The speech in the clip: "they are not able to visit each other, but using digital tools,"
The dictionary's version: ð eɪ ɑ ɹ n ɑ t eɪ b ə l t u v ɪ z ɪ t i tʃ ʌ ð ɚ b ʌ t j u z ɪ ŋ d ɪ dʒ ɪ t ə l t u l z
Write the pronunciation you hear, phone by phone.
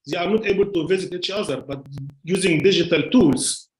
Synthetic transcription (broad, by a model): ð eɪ ɑ ɹ n ɑ t eɪ b ə l t u v ɪ z ɪ t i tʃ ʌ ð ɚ b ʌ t j u z ɪ ŋ d ɪ dʒ ɪ t ə l t u l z